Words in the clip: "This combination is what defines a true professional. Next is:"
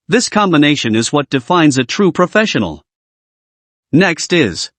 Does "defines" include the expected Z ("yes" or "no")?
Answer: yes